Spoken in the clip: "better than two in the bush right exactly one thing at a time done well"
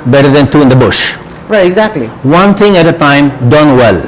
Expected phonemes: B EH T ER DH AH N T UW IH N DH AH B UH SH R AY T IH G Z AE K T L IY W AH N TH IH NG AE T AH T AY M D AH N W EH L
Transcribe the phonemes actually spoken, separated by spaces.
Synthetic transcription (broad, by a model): B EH T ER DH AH N T UW IH N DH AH B UH SH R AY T IH G Z AE K T L IY W AH N T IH NG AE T AH T AY M D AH N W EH L